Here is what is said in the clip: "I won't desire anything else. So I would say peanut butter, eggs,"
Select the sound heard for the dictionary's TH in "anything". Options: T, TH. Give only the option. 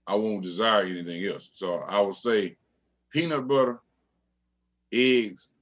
TH